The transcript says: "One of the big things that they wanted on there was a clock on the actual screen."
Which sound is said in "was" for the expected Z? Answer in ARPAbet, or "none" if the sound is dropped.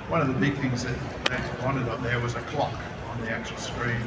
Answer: Z